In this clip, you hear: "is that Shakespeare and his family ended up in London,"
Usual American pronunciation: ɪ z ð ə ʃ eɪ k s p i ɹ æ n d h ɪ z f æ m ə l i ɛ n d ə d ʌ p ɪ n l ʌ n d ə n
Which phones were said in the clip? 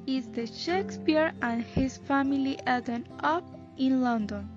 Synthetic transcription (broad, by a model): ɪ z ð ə ʃ eɪ k s p i ɹ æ n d h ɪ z f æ m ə l i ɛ d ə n ʌ p ɪ n l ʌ n d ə n